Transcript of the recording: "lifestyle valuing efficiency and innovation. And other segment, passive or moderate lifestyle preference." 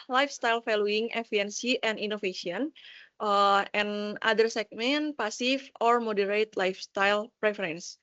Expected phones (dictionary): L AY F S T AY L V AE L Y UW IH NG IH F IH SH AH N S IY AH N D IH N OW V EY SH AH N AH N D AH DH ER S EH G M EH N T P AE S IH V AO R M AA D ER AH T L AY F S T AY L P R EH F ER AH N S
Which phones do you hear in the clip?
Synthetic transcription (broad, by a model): L AY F S T AY L F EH L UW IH NG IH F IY AH N S IY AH N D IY N OW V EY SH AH N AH N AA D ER S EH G M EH N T P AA S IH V AO R M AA D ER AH T L AY F S T AY L P R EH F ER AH N S